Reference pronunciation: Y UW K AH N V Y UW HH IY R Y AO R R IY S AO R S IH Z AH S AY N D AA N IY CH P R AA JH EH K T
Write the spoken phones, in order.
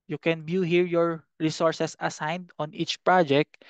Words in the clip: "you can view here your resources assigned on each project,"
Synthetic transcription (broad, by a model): Y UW K AH N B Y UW HH IY R Y AO R R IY S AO R S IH S AH S AY N D AA N IY CH P R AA JH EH K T